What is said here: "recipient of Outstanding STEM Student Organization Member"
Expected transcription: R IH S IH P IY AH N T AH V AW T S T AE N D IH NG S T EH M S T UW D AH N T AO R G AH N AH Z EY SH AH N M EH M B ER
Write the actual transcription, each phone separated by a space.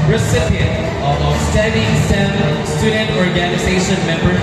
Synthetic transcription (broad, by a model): R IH S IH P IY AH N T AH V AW S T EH D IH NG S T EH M S T UW D AH N T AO R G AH N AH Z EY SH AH N M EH M B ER